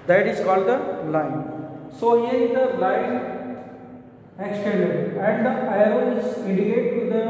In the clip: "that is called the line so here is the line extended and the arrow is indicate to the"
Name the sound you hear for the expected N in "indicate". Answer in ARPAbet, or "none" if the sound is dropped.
none